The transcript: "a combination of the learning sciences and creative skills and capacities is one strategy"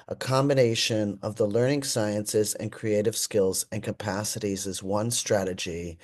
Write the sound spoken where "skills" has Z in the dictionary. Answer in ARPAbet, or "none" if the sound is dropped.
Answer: Z